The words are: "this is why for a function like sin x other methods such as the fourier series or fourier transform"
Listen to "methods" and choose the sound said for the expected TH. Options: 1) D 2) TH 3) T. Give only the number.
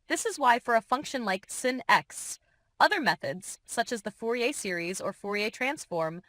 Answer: 2